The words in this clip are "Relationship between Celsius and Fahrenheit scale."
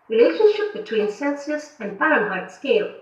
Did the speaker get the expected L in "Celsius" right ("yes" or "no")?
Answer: no